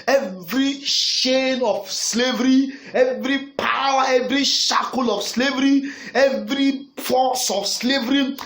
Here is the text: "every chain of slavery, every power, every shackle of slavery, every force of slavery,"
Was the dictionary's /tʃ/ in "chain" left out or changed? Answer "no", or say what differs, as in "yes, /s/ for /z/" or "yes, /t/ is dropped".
yes, /ʃ/ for /tʃ/